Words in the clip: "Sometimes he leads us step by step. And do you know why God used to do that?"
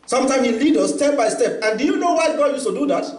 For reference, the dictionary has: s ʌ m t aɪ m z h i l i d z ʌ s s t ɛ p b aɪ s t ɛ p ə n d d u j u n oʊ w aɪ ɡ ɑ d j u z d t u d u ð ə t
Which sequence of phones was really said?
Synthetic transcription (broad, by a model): s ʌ m t aɪ m h i l i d ʌ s s t ɛ p b aɪ s t ɛ p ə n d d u j u n oʊ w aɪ ɡ ɑ d j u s t u d u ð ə t